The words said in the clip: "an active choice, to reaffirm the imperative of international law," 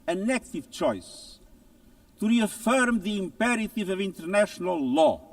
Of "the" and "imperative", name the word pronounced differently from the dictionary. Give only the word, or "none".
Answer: none